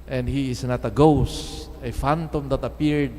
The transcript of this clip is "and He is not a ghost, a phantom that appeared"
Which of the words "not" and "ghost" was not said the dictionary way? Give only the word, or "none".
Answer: none